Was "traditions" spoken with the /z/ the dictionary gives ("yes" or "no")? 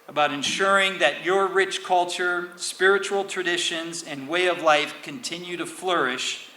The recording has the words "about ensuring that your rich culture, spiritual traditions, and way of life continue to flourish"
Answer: yes